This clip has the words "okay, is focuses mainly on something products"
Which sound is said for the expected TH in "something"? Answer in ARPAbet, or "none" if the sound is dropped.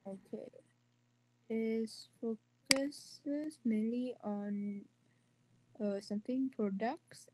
T